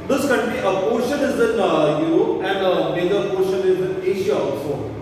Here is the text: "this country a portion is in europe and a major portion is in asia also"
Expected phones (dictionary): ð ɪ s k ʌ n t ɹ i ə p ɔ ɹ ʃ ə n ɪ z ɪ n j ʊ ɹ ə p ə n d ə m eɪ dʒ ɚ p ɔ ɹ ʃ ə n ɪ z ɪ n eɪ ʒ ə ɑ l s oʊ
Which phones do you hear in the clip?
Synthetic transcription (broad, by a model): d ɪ s k ʌ n t ɹ i ə p ɔ ɹ ʃ ə n ɪ z ɪ n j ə ə n d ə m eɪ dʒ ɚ p ɔ ɹ ʃ ə n ɪ z ɪ n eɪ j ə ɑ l s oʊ